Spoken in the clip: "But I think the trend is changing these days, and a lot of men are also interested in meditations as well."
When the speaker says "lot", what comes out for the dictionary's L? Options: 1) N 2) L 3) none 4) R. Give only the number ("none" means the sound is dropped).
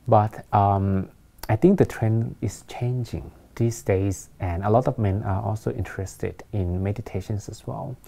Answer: 2